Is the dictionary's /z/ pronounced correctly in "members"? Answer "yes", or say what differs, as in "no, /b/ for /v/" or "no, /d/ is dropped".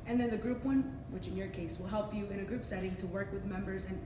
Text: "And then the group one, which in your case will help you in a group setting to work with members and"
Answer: yes